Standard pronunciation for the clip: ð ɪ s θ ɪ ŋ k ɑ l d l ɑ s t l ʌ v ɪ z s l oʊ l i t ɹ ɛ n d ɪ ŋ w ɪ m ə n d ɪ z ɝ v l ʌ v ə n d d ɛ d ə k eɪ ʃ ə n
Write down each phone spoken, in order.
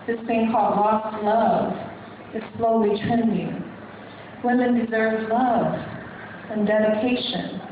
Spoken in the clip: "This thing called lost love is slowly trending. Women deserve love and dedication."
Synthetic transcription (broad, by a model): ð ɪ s s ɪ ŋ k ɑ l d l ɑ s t l ʌ v ɪ z s l oʊ l i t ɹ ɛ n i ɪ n w ɪ m ə n d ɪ z ɝ v l ʌ v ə n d d ɛ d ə k eɪ ʃ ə n